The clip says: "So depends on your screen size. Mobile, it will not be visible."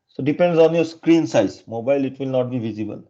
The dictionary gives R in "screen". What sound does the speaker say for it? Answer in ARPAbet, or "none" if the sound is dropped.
R